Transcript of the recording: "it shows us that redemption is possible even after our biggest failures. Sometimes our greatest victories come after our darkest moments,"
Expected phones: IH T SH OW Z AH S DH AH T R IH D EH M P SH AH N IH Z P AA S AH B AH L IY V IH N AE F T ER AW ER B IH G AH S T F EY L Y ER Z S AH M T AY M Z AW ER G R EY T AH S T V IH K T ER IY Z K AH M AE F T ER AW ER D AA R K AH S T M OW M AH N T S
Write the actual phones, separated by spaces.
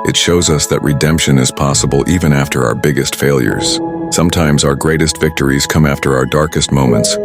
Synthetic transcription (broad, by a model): IH T SH OW Z AH S DH AH T R IH D EH M P SH AH N IH Z P AA S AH B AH L IY V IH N AE F T ER AW ER B IH G AH S T F EY L Y ER Z S AH M T AY M Z AW ER G R EY T AH S T V IH K T ER IY Z K AH M AE F T ER AW ER D AA R K AH S T M OW M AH N T S